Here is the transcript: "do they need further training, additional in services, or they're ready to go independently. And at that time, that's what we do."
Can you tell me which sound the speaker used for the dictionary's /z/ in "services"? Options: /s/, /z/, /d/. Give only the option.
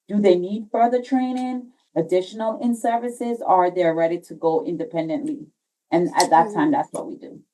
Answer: /z/